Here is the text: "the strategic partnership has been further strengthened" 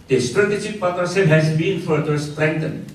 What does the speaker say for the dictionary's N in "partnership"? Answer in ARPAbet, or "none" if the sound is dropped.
none